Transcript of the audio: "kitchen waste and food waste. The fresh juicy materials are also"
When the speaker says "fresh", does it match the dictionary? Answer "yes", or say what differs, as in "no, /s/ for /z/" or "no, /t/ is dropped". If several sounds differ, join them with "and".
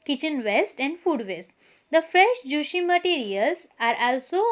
yes